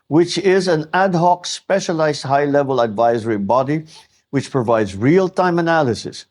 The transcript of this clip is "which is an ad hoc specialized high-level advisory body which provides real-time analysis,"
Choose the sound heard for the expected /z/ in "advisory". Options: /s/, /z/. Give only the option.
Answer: /z/